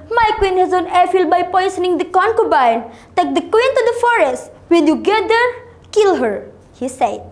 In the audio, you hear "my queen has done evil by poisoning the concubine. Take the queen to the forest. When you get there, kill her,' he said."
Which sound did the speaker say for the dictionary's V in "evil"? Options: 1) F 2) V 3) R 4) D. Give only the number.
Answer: 1